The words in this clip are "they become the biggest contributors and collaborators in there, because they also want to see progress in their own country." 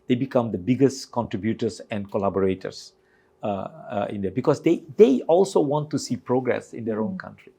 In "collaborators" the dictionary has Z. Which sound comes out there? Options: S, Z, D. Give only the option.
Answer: S